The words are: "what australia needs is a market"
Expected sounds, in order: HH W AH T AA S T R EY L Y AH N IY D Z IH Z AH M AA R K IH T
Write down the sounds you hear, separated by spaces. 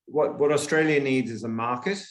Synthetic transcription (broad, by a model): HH W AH T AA S T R EY L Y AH N IY D Z IH Z AH M AA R K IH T